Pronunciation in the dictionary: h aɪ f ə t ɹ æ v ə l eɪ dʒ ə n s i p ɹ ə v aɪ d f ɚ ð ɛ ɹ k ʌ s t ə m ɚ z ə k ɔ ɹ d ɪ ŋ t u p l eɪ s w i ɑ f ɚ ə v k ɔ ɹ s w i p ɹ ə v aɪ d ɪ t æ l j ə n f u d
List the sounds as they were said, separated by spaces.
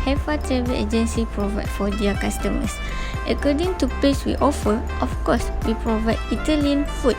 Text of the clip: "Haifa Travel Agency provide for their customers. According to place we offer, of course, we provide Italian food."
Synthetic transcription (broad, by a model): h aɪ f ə t ɹ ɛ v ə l eɪ dʒ ə n s i p ɹ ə v aɪ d f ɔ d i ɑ k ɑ s t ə m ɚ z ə k ɔ d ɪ ŋ t u p eɪ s w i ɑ f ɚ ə f k ɔ s w i p ɹ ə v aɪ d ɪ t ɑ l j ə n f u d